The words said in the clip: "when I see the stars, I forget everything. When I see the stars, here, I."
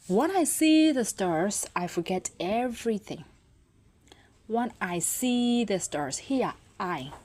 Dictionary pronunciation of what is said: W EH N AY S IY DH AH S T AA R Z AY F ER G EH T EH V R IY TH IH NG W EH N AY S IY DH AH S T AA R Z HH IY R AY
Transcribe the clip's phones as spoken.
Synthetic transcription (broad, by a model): W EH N AY S IY DH AH S T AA R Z AY F ER G EH T EH V R IY TH IH NG W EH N AY S IY DH AH S T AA R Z HH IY AY